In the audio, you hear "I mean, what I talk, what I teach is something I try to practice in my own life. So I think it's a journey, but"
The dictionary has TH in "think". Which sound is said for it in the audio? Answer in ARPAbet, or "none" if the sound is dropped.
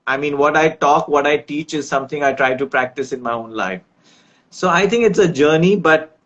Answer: T